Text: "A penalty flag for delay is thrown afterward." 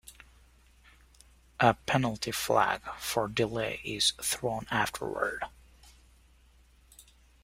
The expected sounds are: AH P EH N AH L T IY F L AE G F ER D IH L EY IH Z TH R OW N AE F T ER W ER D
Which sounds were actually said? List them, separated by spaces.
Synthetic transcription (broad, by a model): AH P EH N L T IY F L AE G F ER D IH L EY IH Z TH R OW N AE F T ER W ER D